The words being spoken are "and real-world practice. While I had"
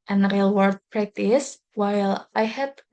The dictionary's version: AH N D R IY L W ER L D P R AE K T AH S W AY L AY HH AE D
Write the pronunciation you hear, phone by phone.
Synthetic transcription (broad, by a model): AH N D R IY L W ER D P R AE K T AH S W AY L AY HH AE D